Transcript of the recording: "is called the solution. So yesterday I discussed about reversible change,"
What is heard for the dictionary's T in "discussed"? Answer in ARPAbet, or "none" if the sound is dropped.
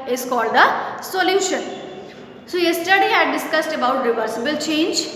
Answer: T